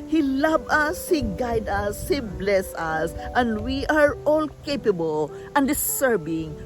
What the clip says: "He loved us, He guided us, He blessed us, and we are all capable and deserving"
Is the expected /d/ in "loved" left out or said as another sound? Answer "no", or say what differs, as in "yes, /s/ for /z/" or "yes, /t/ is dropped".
yes, /d/ is dropped